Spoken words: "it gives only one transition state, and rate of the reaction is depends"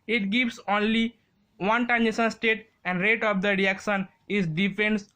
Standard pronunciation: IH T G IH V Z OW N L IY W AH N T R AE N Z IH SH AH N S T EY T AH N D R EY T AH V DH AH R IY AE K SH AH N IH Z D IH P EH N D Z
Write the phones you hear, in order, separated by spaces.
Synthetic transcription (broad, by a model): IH T G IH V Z OW N L IY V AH N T AE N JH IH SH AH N S T EY T AH N D R EY T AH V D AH R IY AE K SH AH N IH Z D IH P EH N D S